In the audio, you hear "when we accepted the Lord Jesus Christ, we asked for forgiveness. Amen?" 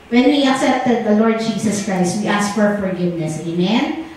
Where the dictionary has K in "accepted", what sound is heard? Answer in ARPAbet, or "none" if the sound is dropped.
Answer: K